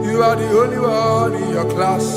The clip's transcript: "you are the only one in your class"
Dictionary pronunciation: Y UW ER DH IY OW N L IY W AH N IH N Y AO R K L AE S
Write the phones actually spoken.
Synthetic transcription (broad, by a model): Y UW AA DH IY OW L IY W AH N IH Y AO K L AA S